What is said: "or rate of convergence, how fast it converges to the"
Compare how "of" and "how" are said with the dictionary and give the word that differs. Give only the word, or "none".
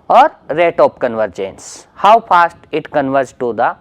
of